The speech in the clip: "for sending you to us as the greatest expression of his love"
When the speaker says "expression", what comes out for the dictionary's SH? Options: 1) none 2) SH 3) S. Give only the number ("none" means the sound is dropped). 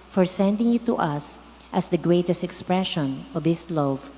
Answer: 2